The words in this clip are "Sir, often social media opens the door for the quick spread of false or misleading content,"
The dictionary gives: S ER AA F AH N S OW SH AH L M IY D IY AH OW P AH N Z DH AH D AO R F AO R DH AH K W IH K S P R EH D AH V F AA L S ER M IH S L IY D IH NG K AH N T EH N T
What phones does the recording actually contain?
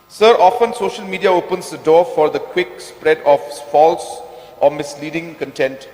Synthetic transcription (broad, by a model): S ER AA F AH N S OW SH AH L M IY D IY AH OW P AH N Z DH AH D AO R F AO R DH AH K W IH K S P R EH D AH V F AA L S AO M IH S L IY D IH NG K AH N T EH N T